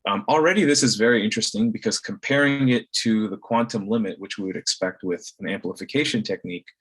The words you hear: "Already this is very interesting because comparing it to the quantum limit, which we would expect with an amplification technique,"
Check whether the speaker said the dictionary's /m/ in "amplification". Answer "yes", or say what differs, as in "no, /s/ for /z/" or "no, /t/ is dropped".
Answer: yes